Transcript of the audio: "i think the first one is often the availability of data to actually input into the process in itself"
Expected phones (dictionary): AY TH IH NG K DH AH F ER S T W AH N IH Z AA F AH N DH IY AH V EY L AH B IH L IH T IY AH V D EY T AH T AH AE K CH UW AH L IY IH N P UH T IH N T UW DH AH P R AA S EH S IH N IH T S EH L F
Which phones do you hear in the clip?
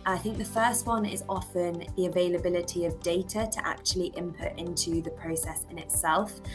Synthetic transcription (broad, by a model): AY TH IH NG K DH AH F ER S T W AH N IH Z AA F AH N DH IY AH V EY L AH B IH L IH T IY AH V D EY T AH T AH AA K CH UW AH L IY IH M P UH T IH N T UW DH AH P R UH S EH S IH N IH T S EH L F